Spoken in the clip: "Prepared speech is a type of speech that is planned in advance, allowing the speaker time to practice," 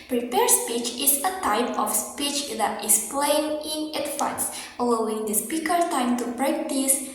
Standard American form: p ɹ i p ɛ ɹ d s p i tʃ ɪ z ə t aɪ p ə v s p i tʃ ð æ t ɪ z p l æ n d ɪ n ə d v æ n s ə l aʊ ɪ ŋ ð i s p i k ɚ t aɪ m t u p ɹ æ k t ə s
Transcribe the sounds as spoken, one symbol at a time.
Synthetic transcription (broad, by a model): p ɹ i p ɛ ɹ s p i tʃ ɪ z ə t aɪ p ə f s p i tʃ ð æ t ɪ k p l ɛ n ɪ n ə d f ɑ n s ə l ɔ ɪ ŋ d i s p i k ɚ t aɪ m t u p ɹ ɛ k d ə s